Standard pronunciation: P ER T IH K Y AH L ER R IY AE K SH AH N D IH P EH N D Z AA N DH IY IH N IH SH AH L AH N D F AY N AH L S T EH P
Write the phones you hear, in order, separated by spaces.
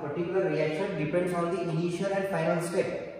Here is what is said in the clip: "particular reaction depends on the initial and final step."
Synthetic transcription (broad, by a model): P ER T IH K Y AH L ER R IY AE K SH AH N D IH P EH N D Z AA N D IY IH N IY SH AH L AH N D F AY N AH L S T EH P